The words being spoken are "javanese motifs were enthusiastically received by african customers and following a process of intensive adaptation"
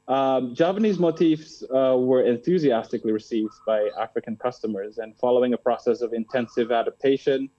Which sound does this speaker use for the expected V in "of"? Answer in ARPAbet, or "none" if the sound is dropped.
V